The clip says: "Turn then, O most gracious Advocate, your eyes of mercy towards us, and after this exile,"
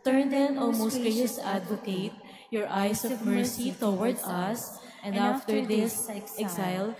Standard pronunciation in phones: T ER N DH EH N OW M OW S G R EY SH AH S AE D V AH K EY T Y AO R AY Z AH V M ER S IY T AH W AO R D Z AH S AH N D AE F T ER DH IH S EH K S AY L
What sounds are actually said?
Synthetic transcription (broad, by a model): T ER N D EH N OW M OW S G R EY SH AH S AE D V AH K EY T Y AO R AY S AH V M ER S IY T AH W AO R D AH S AH N D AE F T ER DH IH S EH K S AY L